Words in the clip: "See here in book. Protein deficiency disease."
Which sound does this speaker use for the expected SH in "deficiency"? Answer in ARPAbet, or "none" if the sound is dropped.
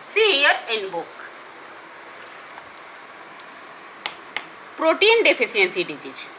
S